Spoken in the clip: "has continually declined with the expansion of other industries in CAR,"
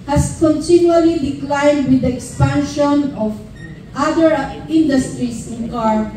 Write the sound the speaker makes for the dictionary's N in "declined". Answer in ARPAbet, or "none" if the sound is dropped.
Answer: N